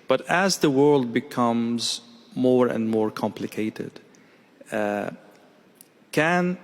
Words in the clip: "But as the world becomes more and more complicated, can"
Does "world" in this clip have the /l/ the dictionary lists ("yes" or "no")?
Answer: yes